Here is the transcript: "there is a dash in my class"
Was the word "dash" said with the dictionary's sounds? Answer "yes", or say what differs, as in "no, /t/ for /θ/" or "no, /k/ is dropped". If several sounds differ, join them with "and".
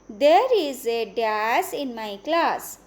no, /s/ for /ʃ/